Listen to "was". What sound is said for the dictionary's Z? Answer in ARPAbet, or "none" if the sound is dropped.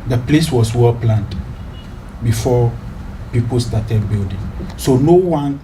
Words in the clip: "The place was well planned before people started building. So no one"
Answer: S